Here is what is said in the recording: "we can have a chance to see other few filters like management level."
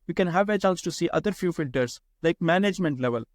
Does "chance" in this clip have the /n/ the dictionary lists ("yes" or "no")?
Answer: no